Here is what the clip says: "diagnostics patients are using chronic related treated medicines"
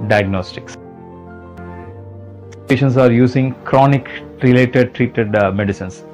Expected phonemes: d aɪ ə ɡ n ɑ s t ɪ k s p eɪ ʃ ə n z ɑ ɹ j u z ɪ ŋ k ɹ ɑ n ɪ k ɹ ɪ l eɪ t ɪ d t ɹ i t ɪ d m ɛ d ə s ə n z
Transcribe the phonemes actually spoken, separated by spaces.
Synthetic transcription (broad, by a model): d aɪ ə ɡ n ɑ s t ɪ k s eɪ ʃ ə n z ɑ ɹ j u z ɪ ŋ k ɹ ɑ n ɪ k ɹ ɪ l eɪ t ɪ d t ɹ i t ɪ d m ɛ d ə s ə n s